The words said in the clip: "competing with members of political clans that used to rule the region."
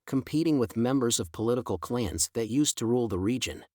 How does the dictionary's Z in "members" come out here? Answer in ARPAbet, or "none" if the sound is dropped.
Z